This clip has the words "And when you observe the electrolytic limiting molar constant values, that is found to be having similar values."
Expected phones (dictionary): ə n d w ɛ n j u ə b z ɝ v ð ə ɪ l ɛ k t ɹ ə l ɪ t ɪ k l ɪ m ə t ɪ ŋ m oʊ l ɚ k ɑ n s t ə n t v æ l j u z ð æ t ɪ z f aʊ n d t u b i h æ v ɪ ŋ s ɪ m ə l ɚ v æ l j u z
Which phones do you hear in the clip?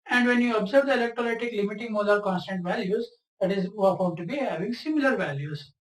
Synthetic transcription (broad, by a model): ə n d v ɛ n j u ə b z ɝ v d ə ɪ l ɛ k t ɹ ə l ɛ t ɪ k l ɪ m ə t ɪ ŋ m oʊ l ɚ k ɑ n s t ə n t v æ l j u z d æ t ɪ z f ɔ d t u b i h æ v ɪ ŋ s ɪ m ə l ɚ v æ l j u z